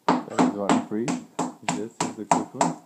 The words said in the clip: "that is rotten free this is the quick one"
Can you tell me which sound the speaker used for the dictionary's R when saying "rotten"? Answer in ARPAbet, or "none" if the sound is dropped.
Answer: W